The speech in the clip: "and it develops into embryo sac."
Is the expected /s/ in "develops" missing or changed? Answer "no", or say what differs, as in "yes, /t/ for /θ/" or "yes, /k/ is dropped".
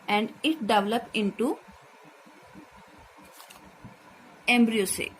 yes, /s/ is dropped